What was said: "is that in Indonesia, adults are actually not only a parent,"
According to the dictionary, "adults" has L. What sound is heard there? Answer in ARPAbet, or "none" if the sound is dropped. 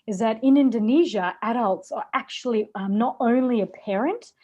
L